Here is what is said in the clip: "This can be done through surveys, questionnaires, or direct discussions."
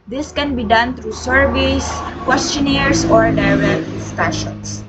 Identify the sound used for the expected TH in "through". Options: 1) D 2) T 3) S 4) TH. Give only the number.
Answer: 2